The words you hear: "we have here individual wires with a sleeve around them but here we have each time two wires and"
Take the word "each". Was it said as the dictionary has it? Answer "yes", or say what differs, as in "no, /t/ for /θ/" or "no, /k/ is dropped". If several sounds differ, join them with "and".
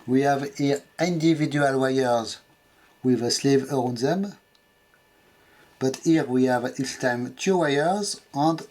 no, /s/ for /tʃ/